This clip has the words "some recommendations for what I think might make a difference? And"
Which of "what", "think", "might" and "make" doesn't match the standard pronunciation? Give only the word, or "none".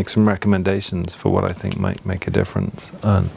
none